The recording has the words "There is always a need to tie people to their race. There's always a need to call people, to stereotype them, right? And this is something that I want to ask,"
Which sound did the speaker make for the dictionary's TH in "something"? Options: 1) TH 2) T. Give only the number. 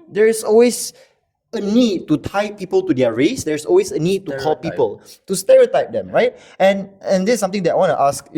2